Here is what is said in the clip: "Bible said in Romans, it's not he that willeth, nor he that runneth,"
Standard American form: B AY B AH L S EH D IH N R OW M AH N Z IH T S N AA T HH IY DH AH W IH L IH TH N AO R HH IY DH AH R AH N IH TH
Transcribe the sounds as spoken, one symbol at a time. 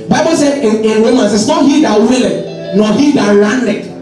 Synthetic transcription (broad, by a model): B AY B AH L S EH IH N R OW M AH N S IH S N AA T HH IY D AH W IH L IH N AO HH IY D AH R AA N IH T